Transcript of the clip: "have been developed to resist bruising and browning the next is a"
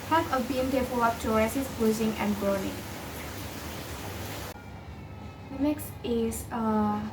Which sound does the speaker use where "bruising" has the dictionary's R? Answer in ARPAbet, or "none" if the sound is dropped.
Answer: none